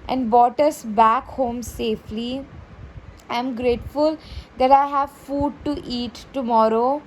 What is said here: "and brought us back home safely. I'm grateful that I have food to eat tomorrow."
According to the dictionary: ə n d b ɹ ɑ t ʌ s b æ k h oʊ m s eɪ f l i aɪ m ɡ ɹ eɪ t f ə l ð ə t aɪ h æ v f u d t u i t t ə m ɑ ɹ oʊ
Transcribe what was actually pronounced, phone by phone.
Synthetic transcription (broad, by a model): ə n d b ɑ t ʌ s b æ k h oʊ m s eɪ f l i aɪ m ɡ ɹ eɪ t f ə l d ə t aɪ h æ v f u d t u i t t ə m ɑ ɹ oʊ